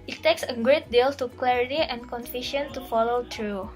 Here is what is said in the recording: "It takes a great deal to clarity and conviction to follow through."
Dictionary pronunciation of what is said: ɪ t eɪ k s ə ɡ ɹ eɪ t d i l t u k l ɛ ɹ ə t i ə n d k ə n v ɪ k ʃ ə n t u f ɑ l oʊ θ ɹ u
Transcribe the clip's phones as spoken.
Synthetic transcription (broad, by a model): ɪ t eɪ k s ə ɡ ɹ eɪ t d i l t u k l ɛ ɹ ə t i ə n k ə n f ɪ ʃ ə n t u f ɑ l oʊ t ɹ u